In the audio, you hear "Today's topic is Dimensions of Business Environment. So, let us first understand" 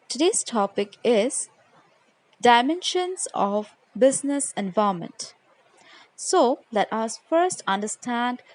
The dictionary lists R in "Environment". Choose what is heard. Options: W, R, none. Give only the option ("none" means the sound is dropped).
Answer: none